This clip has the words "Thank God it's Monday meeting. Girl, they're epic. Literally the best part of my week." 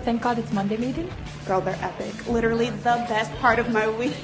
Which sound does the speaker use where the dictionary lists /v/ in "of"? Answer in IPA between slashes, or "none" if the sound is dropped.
/v/